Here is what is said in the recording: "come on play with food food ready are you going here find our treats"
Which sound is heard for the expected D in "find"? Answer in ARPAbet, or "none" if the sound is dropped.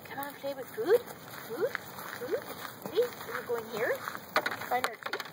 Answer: none